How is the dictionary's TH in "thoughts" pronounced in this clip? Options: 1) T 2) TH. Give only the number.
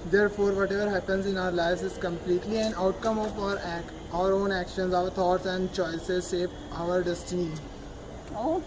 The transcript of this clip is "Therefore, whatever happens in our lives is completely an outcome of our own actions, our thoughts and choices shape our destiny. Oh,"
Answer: 1